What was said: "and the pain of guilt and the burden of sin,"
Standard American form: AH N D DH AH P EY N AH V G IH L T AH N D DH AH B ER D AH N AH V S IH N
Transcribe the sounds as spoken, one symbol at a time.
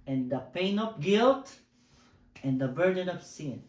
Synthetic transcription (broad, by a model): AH N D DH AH P EY N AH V G IH L T AH N D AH B ER D AH N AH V S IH N